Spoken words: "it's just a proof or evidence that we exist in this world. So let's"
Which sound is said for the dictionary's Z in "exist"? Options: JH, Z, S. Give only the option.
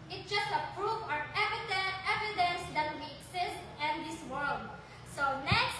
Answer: S